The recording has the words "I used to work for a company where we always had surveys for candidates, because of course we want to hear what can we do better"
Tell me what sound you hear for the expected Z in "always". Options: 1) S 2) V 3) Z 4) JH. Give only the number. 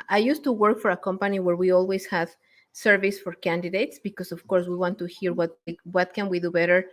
1